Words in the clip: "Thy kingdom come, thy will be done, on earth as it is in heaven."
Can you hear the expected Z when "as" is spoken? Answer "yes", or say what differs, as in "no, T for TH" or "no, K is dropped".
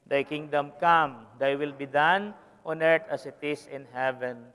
no, S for Z